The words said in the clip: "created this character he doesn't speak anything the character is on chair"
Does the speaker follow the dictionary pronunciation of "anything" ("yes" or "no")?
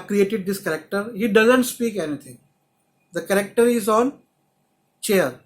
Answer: no